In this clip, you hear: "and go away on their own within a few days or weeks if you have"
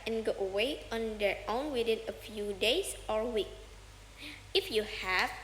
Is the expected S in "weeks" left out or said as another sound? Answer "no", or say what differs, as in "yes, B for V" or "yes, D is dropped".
yes, S is dropped